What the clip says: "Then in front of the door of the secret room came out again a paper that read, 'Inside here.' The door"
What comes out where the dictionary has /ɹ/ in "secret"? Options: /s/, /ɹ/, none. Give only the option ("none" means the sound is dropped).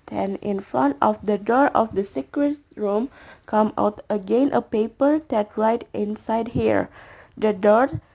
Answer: /ɹ/